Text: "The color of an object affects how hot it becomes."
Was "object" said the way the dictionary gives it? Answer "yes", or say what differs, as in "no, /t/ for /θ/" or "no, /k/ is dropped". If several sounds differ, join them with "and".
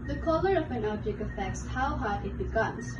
no, /b/ is dropped and /t/ is dropped